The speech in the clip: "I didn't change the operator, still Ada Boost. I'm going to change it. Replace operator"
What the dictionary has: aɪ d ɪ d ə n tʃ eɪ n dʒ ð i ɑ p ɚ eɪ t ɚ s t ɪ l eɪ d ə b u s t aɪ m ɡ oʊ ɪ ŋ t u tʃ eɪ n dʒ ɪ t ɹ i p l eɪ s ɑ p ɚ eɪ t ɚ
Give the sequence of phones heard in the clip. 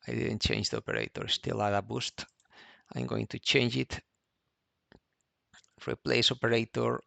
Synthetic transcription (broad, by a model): aɪ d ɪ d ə n tʃ eɪ n dʒ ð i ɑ p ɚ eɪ t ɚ s t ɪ l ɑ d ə b u s t aɪ m ɡ oʊ ɪ ŋ t u tʃ eɪ n dʒ ɪ t ɹ i p l eɪ s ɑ p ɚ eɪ t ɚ